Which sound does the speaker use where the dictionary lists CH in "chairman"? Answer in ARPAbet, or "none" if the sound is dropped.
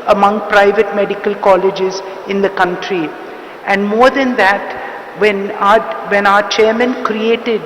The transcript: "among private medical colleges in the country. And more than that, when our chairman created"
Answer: CH